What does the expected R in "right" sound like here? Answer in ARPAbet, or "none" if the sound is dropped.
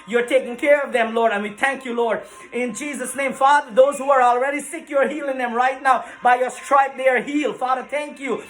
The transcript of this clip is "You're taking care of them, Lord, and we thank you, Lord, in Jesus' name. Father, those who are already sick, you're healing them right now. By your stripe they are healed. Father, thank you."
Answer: R